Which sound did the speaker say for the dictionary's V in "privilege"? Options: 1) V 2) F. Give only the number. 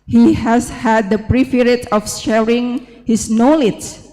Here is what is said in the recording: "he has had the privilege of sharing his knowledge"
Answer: 2